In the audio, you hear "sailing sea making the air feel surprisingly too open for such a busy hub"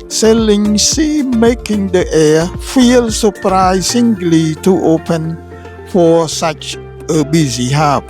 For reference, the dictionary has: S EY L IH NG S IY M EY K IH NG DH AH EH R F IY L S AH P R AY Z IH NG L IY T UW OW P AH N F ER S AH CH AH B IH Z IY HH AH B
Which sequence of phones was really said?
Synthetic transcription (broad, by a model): S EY L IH NG S IY M EY K IH NG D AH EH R F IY L S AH P R AY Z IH NG L IY T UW OW P AH N F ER S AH CH AH B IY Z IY HH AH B